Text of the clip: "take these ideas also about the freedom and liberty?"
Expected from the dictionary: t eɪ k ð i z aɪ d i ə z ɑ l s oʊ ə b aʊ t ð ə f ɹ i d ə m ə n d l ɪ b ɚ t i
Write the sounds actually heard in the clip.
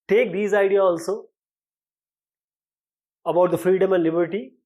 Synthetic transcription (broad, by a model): t eɪ k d i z aɪ d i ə ɑ l s oʊ ə b aʊ t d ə f ɹ i d ə m ə n d l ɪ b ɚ t i